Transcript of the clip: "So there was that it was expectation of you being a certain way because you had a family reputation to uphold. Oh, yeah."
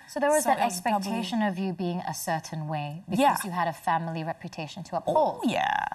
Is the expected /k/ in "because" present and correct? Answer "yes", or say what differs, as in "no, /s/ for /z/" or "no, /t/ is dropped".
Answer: no, /k/ is dropped